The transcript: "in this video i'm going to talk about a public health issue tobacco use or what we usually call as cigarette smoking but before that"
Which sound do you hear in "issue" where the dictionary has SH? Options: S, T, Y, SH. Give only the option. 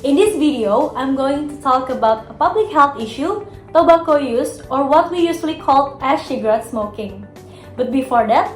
SH